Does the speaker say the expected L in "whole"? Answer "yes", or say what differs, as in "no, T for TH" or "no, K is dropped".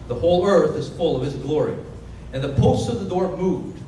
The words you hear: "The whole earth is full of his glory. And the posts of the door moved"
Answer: no, N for L